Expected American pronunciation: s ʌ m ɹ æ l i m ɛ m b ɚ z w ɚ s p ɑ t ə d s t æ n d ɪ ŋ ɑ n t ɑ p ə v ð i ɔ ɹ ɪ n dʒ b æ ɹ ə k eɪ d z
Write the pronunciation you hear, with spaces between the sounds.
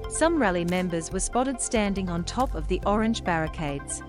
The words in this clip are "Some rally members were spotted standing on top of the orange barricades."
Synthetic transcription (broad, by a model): s ʌ m ɹ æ l i m ɛ m b ɚ z w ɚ s p ɑ t ə d s t æ n d ɪ ŋ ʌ n t ɑ p ə v ð i ɔ ɹ ɪ n dʒ b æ ɹ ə k eɪ d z